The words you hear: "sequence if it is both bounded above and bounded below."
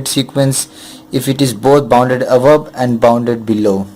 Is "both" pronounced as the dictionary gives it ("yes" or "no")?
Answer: no